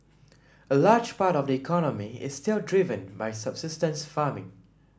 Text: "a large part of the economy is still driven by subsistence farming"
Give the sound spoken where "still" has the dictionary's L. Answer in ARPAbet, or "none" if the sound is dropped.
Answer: L